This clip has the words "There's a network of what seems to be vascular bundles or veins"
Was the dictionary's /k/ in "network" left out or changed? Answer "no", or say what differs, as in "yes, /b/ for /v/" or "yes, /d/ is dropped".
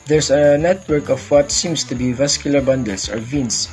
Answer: no